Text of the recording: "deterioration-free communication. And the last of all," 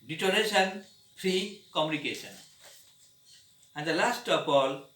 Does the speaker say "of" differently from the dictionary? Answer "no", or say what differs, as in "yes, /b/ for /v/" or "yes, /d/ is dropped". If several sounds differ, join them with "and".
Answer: yes, /p/ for /v/